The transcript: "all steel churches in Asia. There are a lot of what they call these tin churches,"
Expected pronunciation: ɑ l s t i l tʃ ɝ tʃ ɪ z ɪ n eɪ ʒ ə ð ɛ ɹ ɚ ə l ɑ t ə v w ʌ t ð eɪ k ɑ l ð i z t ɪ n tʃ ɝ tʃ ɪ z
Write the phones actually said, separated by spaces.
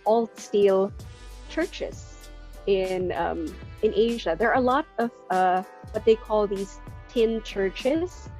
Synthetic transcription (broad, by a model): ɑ l s t i l tʃ ɝ tʃ ɪ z ɪ n eɪ ʒ ə ð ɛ ɹ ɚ ə l ɑ t ə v w ʌ t ð eɪ k ɑ l ð i z t ɪ n tʃ ɝ tʃ ɪ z